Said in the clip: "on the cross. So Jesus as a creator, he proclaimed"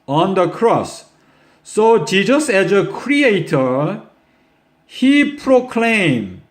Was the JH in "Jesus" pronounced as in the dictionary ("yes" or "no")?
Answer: yes